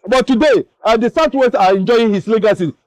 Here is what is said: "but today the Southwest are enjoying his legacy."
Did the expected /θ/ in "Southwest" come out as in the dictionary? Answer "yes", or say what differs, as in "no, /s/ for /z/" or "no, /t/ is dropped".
no, /t/ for /θ/